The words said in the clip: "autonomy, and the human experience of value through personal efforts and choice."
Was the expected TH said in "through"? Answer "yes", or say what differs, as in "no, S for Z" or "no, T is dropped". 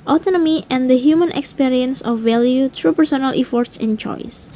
no, T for TH